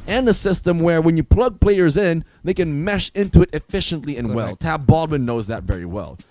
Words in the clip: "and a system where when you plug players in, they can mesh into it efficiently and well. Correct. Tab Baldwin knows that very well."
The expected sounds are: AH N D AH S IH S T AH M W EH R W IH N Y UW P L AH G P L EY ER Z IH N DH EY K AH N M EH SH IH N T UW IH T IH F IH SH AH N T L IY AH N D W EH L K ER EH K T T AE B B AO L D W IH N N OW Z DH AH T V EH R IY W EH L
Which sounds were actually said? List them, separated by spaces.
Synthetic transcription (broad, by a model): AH N AH S IH S T AH M W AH R W IH N Y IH P L AH G P L EY ER Z IH N DH EY K AH N M EH SH IH N T UW IH T IH F IH SH AH N T L IY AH N W EH L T T AE B B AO L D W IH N N OW Z DH AH T V EH R IY W EH L